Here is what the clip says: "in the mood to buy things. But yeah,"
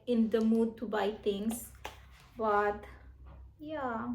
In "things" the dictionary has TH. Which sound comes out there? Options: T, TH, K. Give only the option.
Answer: T